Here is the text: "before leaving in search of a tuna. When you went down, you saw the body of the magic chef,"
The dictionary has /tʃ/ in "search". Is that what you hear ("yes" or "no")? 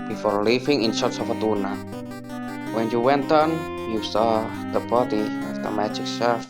no